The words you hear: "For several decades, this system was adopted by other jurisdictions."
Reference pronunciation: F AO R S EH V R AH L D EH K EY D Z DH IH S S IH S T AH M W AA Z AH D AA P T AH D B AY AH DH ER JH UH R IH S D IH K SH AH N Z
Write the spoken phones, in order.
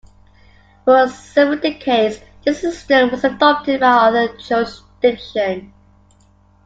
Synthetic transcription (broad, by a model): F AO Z S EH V AH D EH K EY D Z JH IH S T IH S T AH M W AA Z AH D AA P T AH D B AY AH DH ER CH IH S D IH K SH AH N